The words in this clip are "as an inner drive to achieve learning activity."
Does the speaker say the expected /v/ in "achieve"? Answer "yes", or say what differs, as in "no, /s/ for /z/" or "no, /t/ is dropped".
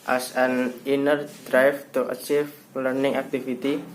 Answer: no, /f/ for /v/